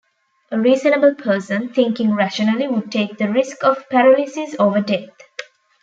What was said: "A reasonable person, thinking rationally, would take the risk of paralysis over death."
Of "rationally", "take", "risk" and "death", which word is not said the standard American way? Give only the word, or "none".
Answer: death